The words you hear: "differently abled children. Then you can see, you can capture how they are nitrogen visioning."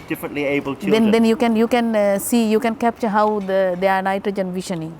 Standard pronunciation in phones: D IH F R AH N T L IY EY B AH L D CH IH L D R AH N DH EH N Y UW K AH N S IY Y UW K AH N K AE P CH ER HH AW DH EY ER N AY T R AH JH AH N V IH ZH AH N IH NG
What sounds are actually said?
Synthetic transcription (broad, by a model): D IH F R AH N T L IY EY B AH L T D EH N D AH N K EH N Y UW K AH N S IY Y UW K AH N K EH P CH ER HH AW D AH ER N AY T R AH JH AH N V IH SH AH N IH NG